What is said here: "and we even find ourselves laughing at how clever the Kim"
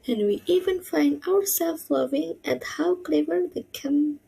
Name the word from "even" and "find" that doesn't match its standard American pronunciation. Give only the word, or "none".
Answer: none